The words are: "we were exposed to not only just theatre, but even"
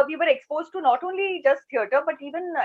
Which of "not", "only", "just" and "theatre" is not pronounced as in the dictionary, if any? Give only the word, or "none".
theatre